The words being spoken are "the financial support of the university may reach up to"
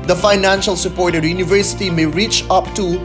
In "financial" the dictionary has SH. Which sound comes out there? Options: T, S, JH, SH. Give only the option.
SH